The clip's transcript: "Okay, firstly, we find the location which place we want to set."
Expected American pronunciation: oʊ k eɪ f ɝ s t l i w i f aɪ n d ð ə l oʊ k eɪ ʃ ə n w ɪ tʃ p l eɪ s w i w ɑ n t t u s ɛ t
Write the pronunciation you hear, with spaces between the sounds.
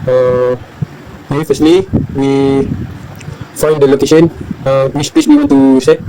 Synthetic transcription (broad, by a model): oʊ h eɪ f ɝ s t l i w i f aɪ n d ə l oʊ k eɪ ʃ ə n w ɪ s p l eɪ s w i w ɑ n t t u s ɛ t